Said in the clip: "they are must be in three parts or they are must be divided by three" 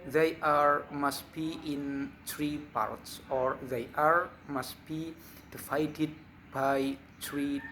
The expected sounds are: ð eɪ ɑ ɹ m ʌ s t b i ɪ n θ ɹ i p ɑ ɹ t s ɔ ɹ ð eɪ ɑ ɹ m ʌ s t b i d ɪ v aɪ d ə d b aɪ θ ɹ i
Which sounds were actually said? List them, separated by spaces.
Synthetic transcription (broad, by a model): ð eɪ ɑ ɹ m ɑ s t b i ɪ n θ ɹ i p ɑ ɹ t s ɔ ɹ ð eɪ ɑ ɹ m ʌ s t b i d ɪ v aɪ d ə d b aɪ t ɹ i